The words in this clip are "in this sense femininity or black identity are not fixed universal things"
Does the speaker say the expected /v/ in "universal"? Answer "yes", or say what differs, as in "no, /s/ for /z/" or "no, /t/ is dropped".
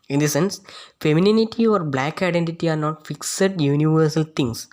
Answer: yes